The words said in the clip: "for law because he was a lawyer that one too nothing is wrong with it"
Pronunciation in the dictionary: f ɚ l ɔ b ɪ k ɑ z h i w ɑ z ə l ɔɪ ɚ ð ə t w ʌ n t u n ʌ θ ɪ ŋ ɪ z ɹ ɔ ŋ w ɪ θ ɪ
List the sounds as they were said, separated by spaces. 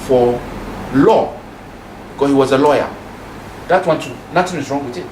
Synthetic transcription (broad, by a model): f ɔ l ɔ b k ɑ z h i w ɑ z ə l ɔɪ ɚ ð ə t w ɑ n t u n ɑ t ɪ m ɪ s ɹ ɔ ŋ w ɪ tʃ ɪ